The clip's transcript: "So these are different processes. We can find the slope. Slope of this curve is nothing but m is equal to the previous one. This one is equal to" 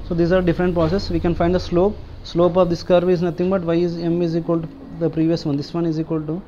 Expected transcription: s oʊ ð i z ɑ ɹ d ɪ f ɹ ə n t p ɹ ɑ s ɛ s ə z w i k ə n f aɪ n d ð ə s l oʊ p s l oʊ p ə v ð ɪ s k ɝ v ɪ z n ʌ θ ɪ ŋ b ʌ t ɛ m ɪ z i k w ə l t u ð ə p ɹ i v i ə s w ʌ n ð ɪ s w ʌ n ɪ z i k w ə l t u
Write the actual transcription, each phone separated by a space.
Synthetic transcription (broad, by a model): s oʊ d i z ɑ ɹ d ɪ f ɹ ə n t p ɹ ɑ s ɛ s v i k ə n f aɪ n d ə s l oʊ p s l oʊ p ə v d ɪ s k ɝ v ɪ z n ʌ t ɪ ŋ b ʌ t ɛ m ɪ z i k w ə l t u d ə p ɹ i v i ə s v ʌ n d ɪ s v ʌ n ɪ z i k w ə l t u